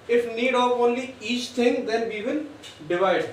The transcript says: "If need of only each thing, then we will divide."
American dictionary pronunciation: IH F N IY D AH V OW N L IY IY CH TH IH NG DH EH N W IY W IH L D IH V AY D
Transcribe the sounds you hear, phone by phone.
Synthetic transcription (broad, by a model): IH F N IY D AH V OW N L IY IY CH T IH NG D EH N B IY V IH N D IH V AY D